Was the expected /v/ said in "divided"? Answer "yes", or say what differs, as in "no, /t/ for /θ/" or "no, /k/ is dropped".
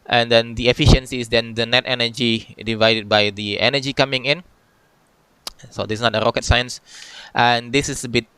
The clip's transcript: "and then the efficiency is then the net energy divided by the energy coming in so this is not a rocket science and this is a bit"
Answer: yes